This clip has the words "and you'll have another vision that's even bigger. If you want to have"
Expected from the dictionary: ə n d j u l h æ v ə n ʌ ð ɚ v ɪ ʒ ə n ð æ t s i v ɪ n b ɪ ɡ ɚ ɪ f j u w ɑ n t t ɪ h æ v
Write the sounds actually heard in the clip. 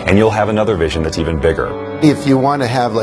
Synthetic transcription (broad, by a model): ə n j u l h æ v ə n ʌ ð ɚ v ɪ ʒ ə n ð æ t s i v ɪ n b ɪ ɡ ɚ ɪ f j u w ɑ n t t ɪ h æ v